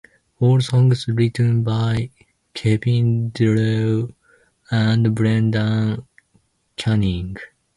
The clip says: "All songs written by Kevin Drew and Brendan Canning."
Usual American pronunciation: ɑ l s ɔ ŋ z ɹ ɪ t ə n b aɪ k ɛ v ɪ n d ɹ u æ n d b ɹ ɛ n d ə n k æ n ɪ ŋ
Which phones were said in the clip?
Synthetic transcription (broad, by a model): ɑ l s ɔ ŋ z ɹ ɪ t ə n b aɪ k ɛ p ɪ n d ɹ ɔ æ n d b ɹ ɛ n d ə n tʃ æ n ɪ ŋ